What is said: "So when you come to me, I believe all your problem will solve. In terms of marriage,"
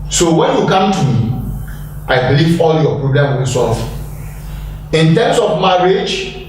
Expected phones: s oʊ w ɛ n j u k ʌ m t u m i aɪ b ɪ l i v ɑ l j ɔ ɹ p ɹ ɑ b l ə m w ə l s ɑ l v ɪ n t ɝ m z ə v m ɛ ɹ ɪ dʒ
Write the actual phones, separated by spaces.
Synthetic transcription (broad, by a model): s oʊ w ɛ n j u k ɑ m t u m i aɪ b l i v ɑ l j ɔ p ɹ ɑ b l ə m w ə n s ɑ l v ɪ n t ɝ m s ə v m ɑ ɹ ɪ dʒ